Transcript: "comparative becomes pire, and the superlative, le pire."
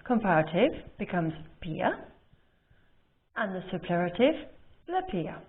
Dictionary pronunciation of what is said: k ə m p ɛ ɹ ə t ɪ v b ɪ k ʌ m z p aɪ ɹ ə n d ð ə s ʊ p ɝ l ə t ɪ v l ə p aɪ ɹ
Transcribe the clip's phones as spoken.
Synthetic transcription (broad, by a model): k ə m p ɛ ɹ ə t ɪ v b ɪ k ʌ m z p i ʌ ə n ð ə s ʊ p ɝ ə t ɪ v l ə p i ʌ